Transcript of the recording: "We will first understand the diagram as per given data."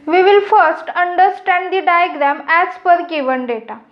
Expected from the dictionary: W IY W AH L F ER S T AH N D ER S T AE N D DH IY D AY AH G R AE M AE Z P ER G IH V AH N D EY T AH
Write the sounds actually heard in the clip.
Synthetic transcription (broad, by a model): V IY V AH L F ER S T AH N D ER S T AE N D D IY D AY AH G R AE M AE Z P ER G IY V AH N D EY T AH